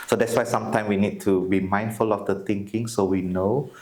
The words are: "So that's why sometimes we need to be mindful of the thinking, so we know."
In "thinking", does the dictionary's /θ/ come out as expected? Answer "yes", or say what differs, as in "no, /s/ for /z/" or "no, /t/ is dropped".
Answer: no, /t/ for /θ/